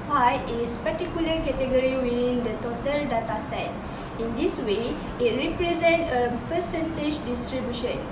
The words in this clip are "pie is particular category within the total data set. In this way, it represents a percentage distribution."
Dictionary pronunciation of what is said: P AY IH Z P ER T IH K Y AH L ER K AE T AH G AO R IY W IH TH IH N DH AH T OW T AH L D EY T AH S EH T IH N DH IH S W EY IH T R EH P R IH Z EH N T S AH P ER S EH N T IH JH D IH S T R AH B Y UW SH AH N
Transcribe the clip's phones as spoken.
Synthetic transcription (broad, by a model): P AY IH S P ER T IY K Y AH L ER K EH T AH G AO R IY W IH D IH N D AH T OW T AH L D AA T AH S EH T IH N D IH S W EY IH T R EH P R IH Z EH N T AH P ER S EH N T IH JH D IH S T R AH B Y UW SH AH N